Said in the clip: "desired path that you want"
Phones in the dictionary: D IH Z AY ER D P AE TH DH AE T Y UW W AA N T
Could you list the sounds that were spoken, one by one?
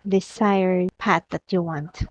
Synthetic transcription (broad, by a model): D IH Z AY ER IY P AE T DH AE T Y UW W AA N T